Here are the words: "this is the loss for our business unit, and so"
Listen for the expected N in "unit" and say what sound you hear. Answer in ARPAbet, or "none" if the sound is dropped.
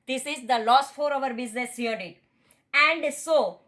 none